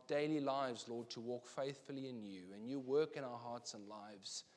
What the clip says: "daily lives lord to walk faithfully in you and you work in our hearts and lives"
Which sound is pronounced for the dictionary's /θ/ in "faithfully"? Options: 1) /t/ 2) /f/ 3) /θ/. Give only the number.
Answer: 3